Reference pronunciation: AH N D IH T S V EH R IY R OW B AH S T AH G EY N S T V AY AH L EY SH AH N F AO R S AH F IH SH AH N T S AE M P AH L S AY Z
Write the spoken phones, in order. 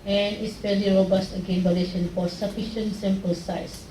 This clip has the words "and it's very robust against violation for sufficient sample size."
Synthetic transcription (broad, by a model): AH N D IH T S F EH L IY R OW B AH S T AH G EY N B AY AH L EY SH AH N F AO R S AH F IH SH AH N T S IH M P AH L S AY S